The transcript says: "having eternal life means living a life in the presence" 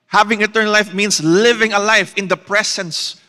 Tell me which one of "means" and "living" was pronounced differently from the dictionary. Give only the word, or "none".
means